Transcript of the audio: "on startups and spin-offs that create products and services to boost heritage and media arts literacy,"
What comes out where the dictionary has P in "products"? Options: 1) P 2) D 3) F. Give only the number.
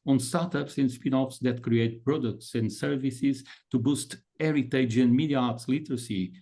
1